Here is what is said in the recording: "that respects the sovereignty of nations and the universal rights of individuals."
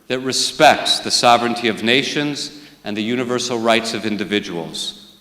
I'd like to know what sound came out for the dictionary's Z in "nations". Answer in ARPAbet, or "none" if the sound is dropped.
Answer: Z